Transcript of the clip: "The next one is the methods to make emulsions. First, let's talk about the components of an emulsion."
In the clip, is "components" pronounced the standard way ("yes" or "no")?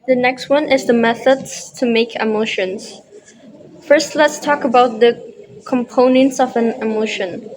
yes